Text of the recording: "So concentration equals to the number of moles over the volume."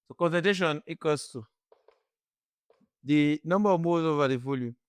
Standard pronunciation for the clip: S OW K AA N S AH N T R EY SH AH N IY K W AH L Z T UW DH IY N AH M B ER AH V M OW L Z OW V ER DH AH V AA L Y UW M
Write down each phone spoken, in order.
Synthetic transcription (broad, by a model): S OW K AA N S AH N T EY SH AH N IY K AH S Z T UW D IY N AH M B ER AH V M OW Z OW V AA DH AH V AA L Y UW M